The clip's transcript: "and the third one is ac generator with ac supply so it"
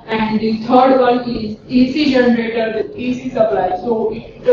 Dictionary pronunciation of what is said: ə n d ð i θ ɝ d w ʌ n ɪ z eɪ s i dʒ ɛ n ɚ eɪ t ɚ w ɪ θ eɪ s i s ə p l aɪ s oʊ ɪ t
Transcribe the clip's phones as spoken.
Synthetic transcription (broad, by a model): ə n d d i t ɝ d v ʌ l ɪ z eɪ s i dʒ ɛ n ɚ eɪ t ɚ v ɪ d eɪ s i s ə p l aɪ s oʊ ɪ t